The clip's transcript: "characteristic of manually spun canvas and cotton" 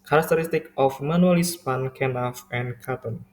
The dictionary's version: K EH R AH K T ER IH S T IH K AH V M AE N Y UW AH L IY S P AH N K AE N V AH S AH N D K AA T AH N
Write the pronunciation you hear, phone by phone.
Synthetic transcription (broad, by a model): K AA R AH K T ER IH S T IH K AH F M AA N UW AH L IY S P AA N K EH N AH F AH N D K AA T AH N